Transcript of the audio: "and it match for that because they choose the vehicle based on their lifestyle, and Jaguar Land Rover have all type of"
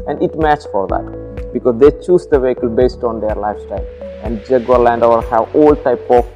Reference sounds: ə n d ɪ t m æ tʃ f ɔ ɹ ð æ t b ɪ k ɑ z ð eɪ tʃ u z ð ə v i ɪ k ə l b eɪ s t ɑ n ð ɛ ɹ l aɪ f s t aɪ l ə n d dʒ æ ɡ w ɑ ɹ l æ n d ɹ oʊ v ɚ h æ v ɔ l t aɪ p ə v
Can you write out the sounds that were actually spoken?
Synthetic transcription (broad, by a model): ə n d ɪ t m æ tʃ f ɔ ɹ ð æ t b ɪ k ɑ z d eɪ tʃ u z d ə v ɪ k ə l b eɪ s t ɑ n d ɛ ɹ l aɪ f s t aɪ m ə n d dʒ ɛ ɡ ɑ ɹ l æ n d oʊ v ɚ h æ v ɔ l t aɪ p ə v